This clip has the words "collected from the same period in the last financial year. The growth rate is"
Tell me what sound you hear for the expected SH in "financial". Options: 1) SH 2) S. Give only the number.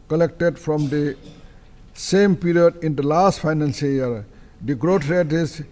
2